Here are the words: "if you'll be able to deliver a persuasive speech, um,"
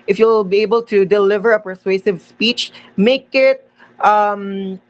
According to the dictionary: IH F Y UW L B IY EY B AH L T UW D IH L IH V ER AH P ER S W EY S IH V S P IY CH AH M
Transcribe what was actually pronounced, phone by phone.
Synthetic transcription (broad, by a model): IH F Y UW L B IY EY B AH L T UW D IH L IH V ER AH P ER S W EY S IH V S P IY CH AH M